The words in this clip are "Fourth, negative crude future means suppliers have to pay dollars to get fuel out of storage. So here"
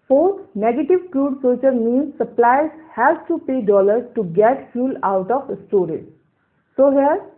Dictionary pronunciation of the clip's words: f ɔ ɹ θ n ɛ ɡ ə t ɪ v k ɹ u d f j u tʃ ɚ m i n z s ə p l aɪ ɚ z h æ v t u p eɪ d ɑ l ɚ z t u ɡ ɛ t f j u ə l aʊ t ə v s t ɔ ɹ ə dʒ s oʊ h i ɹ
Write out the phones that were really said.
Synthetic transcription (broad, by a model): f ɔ ɹ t n ɛ ɡ ə t ɪ v k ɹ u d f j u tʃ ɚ m i n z s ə p l aɪ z h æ t u p eɪ d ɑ l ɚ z t u ɡ ɛ t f j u l aʊ t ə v s t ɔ ɹ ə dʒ s oʊ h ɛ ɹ